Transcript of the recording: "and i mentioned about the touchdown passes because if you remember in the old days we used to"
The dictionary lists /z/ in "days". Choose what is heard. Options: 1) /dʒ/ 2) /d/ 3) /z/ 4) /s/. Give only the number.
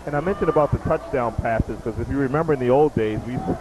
3